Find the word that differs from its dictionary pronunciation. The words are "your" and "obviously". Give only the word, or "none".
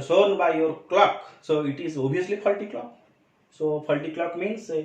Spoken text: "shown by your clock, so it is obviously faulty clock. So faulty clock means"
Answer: obviously